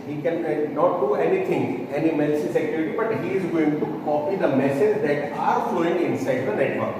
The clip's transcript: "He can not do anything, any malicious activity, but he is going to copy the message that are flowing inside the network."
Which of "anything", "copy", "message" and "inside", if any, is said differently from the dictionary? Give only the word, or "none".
anything